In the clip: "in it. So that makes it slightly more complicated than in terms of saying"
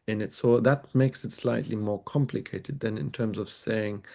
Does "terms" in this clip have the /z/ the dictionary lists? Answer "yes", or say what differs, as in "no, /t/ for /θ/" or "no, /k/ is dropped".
yes